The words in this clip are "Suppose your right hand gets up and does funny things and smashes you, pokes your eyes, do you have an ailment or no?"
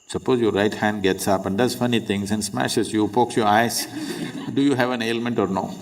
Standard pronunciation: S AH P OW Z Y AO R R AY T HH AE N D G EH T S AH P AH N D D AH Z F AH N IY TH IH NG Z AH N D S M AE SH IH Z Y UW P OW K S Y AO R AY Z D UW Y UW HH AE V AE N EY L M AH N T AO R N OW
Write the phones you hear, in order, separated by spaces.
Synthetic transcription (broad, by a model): S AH P OW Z Y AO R R AY T HH AE N D G EH T S AH P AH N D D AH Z F AH N IY T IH NG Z AH N D S M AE SH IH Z Y UW P OW K S Y AO R AY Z D UW Y UW HH AE V AE N EY L M AH N T AO R N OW